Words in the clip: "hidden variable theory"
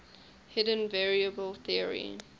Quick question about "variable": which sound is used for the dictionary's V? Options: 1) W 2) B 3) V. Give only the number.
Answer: 3